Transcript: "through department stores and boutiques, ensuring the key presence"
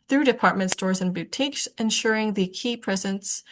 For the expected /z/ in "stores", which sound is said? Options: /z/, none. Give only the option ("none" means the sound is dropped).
/z/